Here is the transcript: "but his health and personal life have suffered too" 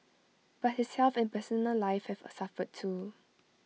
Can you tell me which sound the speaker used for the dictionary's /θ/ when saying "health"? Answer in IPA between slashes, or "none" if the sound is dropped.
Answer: /f/